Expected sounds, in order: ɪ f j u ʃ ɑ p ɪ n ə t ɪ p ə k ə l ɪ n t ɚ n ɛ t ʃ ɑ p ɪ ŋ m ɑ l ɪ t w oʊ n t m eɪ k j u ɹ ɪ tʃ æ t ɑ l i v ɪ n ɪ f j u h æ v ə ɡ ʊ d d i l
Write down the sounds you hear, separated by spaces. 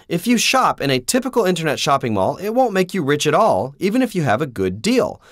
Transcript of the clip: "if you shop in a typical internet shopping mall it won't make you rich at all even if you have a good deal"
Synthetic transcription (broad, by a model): ɪ f j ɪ ʃ ɑ p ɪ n ə t ɪ p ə k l ɪ n t ɚ n ɛ t ʃ ɑ p ɪ ŋ m ɑ l ɪ t w oʊ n m eɪ k j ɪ ɹ ɪ tʃ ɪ t ɑ l i v ɪ n ɪ f j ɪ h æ v ə ɡ ʊ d d i l